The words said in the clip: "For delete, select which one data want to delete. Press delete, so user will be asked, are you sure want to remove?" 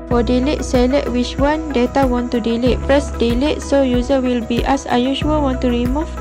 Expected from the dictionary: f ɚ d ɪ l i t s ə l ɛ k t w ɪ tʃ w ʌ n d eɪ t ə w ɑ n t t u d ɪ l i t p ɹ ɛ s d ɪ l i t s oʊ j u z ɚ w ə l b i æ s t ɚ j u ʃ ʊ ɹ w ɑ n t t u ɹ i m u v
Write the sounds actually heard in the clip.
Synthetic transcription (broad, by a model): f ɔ d ɪ l i t s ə l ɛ t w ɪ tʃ w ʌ n d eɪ t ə w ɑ n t t u d ɪ l i t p ɹ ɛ s d ɪ l i t s oʊ j u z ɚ w ə l b i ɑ s ɑ j u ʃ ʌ l w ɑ n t t u ɹ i m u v